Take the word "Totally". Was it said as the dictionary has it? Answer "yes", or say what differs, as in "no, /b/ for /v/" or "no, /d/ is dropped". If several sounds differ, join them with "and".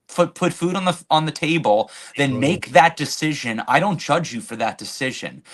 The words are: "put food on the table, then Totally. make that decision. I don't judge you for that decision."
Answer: no, /l/ is dropped